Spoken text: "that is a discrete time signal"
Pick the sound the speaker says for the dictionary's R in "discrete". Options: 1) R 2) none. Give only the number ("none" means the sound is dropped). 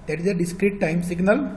1